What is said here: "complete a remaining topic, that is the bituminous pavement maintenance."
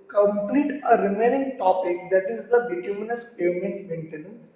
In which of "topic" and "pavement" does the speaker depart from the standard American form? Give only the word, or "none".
pavement